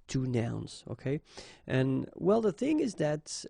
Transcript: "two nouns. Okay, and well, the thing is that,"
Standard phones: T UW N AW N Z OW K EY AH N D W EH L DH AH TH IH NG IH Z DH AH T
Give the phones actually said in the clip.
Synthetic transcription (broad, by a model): T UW N AW N Z OW K EY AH N W EH L DH AH TH IH NG IH Z DH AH T